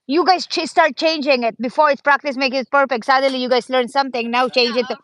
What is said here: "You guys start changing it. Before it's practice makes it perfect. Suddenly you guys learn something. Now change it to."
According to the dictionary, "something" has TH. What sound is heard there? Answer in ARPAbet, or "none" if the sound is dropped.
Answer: T